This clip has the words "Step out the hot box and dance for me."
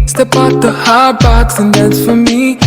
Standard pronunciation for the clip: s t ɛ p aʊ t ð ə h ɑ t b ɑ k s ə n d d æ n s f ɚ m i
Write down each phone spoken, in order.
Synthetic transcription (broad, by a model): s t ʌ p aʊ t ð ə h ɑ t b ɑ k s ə n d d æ s f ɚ m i